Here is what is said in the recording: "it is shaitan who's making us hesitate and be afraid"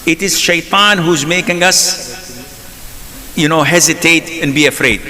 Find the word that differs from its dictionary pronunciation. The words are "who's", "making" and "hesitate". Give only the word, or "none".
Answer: none